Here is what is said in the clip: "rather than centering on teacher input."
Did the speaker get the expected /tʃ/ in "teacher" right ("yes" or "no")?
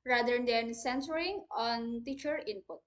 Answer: yes